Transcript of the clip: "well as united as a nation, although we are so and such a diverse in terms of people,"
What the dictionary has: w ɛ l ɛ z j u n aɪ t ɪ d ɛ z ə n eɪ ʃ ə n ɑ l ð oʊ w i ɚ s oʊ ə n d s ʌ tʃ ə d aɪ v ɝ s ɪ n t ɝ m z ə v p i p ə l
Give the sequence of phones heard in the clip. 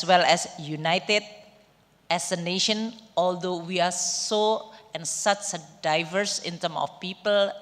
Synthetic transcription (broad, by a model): w ɛ l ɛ s j u n aɪ t ɪ d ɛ s ə n eɪ ʃ ə n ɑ l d oʊ w i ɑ s oʊ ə n s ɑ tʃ ə d aɪ v ɝ s ɪ n t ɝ m ə f p i p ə l